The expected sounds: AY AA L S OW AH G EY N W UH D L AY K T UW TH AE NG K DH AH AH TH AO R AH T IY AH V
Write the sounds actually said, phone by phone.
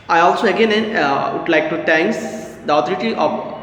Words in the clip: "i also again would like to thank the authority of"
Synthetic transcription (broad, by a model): AY AA L S OW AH G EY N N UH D L AY K T UW T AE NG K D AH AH T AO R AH T IY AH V